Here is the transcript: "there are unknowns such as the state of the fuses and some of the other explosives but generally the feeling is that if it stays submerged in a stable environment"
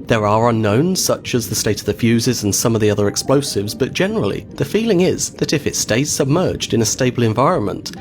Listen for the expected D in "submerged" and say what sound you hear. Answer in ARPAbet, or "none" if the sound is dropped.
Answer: D